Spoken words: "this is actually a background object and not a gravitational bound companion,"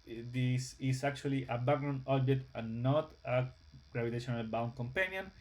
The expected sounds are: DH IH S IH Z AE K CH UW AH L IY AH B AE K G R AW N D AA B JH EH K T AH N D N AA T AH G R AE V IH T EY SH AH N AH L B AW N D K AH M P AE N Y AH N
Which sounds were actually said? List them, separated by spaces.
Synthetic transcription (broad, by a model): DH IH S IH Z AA K CH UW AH L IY AH B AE G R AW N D AA B JH EH K T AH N N AA T AH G R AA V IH T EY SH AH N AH L B AW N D K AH M P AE N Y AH N